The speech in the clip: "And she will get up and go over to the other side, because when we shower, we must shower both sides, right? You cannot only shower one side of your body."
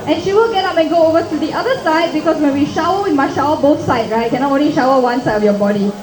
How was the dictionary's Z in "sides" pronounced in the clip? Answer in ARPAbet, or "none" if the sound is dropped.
none